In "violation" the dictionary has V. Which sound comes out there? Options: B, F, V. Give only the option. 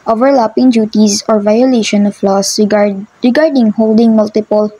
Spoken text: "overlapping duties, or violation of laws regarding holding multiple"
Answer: V